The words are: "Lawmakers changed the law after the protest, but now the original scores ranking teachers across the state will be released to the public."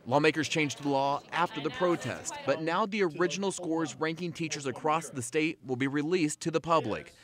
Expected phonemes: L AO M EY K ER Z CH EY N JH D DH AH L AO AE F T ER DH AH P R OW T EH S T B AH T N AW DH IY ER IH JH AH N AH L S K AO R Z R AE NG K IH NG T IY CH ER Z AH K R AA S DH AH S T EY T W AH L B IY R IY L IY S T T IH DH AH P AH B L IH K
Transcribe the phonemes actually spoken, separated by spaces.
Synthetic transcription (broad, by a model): L AO M EY K ER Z CH EY N JH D DH AH L AO AE F T ER DH AH P R OW T EH S T B AH T N AW DH IY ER IH JH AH N L S K AO R Z R AE NG K IH NG T IY CH ER Z AH K R AA S DH AH S T EY T W AH L B IY R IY L IY S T T IH DH AH P AH B L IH K